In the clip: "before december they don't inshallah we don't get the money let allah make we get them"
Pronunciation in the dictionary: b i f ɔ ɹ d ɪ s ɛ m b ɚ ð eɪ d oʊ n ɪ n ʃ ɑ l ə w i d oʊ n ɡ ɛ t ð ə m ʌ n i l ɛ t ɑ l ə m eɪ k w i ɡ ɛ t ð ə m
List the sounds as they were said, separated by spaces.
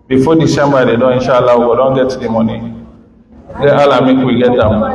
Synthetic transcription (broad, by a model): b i f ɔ d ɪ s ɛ m b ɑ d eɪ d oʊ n ɪ n ʃ ɑ l ə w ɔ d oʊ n ɡ ɛ t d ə m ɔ n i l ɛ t ɑ l ə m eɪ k w i ɡ ɛ t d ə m